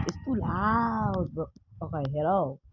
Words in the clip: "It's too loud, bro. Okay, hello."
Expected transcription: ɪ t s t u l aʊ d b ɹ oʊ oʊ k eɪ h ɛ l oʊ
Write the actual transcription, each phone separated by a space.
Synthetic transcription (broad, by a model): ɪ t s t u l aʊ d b oʊ oʊ k eɪ h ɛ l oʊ